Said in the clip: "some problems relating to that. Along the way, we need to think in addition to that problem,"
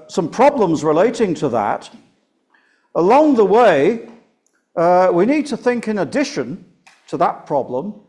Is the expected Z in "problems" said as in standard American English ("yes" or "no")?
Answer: yes